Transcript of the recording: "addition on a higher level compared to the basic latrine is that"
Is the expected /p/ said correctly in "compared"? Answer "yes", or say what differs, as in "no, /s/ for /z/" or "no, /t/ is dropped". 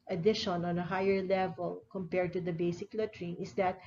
yes